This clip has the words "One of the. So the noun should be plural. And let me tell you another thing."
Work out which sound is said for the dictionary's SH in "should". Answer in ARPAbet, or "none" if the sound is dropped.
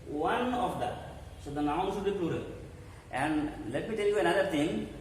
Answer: S